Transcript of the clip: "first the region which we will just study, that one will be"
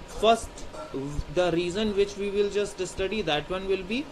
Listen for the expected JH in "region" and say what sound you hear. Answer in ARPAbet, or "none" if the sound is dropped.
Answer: Z